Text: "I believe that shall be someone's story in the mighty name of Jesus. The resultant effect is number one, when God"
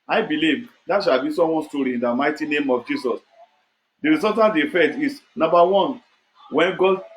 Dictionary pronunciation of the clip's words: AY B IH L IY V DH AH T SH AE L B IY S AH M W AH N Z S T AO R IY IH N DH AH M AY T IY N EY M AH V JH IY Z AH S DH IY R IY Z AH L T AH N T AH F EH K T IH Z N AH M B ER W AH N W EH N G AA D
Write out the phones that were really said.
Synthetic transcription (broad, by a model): AY B IH L IY V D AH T SH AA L B IY S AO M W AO N S T AO R IY IH N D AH M AY T IY N EY M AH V JH IY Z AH S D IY R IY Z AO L T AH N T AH F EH T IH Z N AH M B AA W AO N W EH N G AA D